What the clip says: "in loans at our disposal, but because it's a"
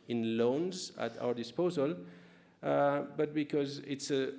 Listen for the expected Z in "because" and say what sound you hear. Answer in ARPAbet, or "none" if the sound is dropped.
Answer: Z